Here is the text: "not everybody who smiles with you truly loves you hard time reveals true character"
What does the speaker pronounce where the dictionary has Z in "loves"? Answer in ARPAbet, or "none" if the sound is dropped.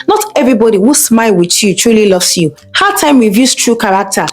S